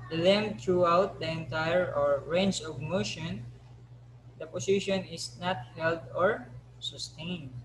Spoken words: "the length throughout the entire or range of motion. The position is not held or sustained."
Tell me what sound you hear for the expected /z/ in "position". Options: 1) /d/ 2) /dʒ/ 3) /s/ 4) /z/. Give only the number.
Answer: 3